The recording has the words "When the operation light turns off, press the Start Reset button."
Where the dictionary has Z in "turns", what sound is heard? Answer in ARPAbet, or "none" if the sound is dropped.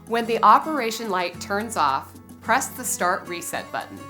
Z